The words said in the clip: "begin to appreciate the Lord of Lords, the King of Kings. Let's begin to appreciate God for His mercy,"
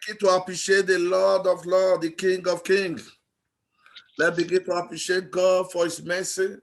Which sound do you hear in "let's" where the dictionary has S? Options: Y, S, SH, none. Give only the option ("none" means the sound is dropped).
none